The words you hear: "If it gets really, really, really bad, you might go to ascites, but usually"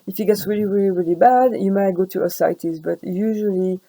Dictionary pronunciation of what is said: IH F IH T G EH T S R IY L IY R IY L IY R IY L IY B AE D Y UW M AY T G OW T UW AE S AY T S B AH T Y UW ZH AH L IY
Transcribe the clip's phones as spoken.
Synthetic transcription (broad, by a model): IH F IH T G EH T S R IY L IY R IY L IY R IY L IY B AE D Y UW M AY T G OW T UW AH S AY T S B AH T Y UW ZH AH L IY